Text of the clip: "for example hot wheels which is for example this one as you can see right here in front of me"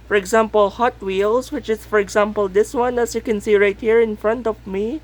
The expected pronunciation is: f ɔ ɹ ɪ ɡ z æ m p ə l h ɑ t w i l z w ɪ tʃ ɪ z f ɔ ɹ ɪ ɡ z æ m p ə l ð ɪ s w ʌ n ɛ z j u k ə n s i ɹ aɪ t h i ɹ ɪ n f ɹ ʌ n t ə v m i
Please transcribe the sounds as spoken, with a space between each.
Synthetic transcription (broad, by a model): f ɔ ɹ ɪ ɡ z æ m p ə l h ɑ t w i l s w ɪ tʃ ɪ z f ɔ ɹ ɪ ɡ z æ m p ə l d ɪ s w ʌ n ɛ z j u k ə n s i ɹ aɪ t h i ɹ ɪ n f ɹ ʌ n t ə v m i